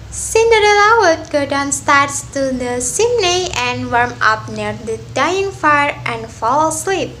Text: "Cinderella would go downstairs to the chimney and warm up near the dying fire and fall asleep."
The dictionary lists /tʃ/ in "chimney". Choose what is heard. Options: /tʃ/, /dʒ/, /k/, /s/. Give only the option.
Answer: /s/